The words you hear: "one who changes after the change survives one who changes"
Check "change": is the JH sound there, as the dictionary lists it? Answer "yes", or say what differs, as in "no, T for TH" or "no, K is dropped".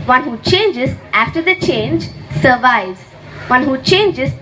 yes